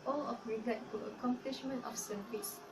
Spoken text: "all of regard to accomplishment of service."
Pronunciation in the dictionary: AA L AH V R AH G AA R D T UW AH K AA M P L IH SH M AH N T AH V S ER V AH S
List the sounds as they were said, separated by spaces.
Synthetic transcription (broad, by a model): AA L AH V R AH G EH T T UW AH K AA M P L IH SH M AH N T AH F S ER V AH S